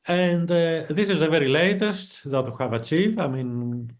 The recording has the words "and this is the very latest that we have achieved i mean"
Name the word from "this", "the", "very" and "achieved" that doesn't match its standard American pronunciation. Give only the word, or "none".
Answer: achieved